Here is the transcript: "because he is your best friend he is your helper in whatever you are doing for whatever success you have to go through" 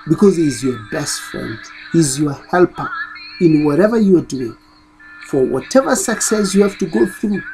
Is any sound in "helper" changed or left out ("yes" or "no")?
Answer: no